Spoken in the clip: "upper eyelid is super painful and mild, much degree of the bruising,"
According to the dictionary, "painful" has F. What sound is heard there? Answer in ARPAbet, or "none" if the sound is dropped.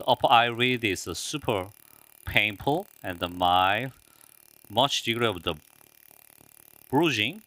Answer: P